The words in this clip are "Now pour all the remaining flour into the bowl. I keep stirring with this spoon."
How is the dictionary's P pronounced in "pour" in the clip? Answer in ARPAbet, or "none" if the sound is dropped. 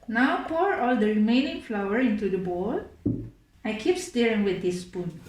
P